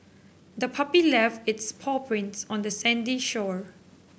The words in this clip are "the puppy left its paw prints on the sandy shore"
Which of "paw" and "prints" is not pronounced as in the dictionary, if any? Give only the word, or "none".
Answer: none